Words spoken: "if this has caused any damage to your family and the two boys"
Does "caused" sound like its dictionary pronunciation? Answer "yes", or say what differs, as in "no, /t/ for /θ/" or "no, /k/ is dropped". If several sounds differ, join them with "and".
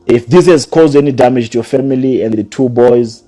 yes